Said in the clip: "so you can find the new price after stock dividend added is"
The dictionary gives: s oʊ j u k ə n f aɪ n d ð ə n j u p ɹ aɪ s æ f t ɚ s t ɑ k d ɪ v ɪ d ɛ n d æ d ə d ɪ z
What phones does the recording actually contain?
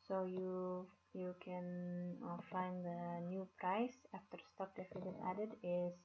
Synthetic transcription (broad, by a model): s oʊ j u k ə n f aɪ n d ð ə n j u p ɹ aɪ s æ f t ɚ s t ɑ k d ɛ f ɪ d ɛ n æ d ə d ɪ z